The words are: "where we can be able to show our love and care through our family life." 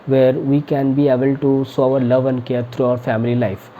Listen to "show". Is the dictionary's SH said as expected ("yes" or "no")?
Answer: no